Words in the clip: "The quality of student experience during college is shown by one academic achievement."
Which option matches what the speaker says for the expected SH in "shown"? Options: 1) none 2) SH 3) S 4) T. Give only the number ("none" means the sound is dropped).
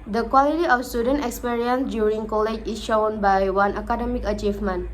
2